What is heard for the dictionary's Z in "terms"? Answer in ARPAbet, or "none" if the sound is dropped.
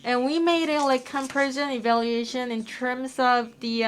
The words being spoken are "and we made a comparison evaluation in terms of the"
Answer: Z